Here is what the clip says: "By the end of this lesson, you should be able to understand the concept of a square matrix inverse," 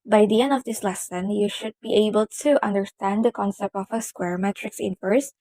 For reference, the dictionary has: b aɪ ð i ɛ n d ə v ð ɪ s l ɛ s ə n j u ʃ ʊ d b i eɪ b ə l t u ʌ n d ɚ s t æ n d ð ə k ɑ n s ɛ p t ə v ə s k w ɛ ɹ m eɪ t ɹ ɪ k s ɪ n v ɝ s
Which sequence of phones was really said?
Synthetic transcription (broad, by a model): b aɪ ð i ɛ n d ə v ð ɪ s l ɛ s ə n j u ʃ ʊ d b i eɪ b ə l t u ʌ n d ɚ s t æ n d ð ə k ɑ n s ɛ p t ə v ə s k w ɛ ɹ m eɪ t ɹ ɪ k s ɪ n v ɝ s